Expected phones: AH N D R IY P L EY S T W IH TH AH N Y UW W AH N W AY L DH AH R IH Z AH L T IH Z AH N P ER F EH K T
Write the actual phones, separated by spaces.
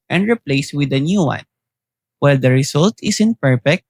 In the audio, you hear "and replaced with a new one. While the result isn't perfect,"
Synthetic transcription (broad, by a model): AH N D R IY P L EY S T W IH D AH N Y UW W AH N W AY L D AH R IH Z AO L T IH S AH N P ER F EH K T